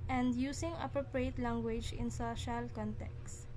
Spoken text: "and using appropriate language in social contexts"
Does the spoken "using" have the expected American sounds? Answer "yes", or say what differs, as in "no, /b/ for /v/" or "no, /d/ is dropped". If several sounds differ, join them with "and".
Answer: no, /s/ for /z/